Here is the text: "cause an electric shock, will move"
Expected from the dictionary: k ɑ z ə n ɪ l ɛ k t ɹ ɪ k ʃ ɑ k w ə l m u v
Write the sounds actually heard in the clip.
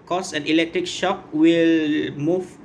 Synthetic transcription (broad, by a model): k ɑ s ə n ɪ l ɛ k t ɹ ɪ k ʃ ɑ k w ə l m u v